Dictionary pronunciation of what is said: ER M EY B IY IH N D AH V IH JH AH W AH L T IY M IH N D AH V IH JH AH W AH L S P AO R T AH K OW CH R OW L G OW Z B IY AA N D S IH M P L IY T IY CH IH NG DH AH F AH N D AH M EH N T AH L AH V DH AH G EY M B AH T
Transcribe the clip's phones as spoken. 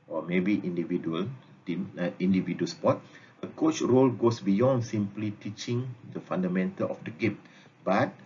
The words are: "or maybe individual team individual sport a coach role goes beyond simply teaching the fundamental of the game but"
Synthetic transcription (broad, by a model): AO M EY B IY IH N D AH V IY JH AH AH L T IY M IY N D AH V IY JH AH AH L S P AO T AH K OW CH R OW L G OW S B IY AA N D S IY M P L IY T IY CH IH NG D AH F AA N D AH M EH N T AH L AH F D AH G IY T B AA T